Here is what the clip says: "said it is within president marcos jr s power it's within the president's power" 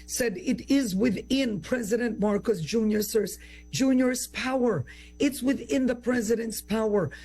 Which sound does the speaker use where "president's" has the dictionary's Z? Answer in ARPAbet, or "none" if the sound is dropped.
Z